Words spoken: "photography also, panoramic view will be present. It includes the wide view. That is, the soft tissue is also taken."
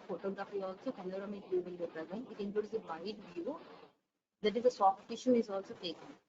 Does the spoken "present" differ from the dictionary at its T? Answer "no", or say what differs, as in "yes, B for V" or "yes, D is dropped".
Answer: yes, T is dropped